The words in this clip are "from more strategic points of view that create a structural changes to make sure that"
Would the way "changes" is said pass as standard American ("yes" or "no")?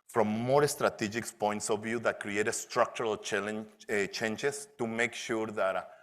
no